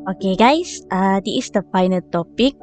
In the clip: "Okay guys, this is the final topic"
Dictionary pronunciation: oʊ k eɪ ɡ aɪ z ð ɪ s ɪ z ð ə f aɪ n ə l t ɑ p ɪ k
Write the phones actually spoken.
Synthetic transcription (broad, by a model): oʊ k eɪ ɡ aɪ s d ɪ ɪ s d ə f aɪ n ə l t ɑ p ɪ k